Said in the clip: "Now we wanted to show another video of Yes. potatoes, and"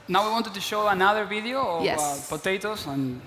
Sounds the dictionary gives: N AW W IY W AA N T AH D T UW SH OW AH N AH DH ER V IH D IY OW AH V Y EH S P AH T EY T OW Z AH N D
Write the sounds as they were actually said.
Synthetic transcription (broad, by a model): N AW W IY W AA N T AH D T UW SH OW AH N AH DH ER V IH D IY OW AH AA P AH T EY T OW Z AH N